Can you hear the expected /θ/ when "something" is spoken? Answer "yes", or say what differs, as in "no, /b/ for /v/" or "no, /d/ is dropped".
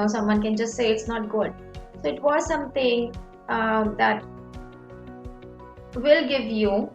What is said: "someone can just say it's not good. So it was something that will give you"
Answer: no, /t/ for /θ/